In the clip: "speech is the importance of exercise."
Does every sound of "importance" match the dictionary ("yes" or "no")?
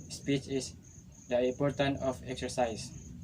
no